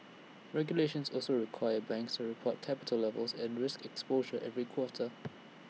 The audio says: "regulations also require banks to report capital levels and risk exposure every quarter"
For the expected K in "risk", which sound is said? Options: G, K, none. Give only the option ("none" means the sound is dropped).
K